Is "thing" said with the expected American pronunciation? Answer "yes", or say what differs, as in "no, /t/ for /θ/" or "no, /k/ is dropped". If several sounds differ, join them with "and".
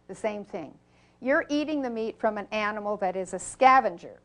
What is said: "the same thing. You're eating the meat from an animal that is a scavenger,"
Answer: yes